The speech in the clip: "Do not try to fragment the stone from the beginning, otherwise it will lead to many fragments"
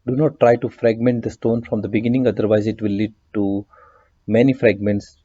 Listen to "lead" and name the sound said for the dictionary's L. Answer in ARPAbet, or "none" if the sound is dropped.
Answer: L